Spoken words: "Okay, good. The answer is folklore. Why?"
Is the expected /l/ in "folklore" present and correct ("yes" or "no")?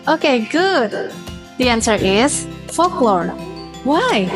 yes